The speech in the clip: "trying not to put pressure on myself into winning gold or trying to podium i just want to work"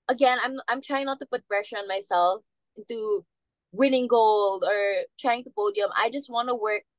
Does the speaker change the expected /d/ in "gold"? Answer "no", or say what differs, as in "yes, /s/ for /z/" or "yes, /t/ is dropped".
no